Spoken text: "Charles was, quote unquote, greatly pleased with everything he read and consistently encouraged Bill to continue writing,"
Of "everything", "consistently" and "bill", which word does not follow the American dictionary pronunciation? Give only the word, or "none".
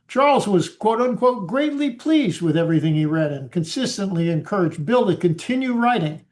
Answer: none